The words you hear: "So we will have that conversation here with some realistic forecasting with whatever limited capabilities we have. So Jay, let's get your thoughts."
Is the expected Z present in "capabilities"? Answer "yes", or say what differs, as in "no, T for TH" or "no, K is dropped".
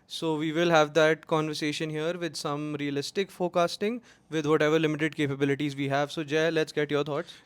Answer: yes